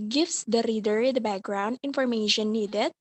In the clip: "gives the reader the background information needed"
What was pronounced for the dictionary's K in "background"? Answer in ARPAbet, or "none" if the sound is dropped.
K